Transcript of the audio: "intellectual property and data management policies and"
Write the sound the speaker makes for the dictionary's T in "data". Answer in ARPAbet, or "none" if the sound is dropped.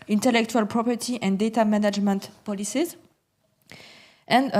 T